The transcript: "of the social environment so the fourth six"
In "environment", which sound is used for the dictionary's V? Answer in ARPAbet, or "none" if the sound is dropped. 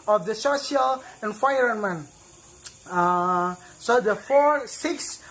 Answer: F